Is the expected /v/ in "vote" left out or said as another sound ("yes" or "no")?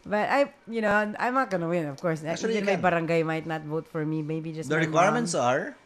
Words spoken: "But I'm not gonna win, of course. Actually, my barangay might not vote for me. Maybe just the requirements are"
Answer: no